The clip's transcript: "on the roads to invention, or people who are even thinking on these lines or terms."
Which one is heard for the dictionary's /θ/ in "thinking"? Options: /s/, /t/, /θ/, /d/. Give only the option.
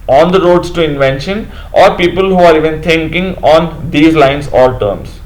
/t/